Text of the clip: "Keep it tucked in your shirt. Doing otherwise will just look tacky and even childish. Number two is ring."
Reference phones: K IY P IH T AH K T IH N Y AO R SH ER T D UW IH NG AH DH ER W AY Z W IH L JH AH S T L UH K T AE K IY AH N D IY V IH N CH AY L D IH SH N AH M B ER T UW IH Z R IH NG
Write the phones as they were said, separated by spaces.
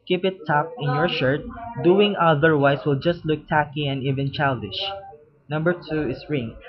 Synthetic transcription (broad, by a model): K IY P IH T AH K IH N Y AO R SH ER T D UW IH NG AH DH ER W AY S W IH L JH AH S T L UH K T AE K IY AH N D IY V IH N CH AY L D IH SH N AH M B ER T UW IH S R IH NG